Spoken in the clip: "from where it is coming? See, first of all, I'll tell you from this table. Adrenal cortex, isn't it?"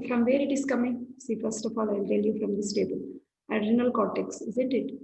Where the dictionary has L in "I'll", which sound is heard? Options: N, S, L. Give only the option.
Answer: L